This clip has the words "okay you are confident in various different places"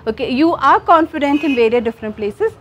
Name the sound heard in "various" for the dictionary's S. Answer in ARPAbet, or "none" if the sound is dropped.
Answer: none